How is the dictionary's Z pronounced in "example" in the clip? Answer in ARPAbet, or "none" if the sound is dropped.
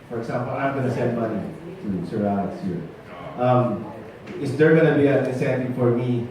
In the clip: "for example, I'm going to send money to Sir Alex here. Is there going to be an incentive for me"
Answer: S